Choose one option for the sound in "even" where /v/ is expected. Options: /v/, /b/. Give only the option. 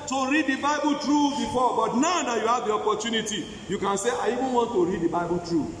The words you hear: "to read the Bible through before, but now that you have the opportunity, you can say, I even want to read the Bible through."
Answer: /b/